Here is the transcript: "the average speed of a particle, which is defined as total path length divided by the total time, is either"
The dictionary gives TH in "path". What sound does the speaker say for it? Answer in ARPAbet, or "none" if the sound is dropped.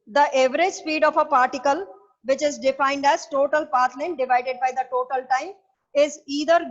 T